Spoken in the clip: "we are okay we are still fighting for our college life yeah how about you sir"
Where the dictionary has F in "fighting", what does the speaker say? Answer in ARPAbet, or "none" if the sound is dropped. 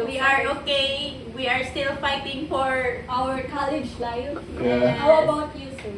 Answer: F